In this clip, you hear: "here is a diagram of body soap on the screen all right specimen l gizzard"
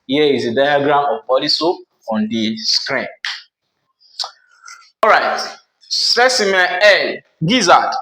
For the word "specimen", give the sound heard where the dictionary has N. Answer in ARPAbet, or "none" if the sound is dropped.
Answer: none